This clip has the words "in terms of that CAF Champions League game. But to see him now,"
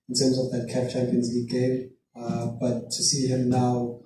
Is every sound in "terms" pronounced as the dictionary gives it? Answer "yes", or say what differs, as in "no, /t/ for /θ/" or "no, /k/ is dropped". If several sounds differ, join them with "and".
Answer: yes